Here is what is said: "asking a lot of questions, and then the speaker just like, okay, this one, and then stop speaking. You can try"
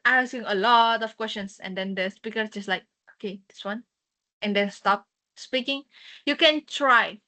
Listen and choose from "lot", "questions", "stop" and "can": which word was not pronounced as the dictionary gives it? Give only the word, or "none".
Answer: questions